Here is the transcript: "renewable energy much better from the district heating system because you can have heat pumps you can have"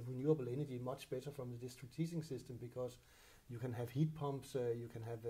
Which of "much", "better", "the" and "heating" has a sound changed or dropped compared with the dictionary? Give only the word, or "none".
heating